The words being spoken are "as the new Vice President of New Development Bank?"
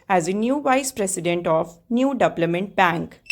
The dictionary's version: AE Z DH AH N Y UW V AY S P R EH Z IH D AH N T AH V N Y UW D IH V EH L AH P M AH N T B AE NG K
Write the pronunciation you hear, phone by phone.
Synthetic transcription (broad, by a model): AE Z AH N Y UW V AY S P R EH S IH D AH N T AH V N Y UW D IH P L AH M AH N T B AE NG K